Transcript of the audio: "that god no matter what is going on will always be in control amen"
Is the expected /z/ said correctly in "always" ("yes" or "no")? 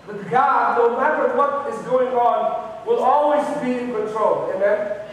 yes